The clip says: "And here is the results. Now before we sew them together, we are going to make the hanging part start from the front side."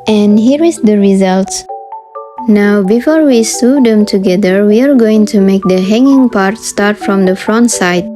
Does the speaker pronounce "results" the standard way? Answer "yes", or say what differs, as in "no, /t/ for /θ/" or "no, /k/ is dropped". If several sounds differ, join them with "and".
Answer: yes